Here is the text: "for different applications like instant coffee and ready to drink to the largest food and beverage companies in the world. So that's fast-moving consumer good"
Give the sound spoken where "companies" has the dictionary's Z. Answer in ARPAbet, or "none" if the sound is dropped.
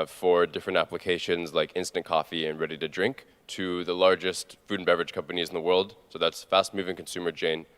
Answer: Z